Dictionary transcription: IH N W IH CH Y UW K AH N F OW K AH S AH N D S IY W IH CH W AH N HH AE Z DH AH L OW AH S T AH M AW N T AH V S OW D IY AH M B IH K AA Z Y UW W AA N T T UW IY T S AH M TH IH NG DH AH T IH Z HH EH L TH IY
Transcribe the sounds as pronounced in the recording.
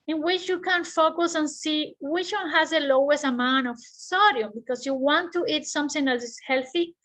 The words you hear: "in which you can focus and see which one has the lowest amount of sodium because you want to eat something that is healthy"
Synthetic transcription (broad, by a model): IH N W IH CH Y UW K AH N F OW K AH S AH N S IY W IH CH W AH N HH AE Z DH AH L OW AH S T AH M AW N AH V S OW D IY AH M B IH K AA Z Y UW W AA N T T UW IY T S AH M TH IH NG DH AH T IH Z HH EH L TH IY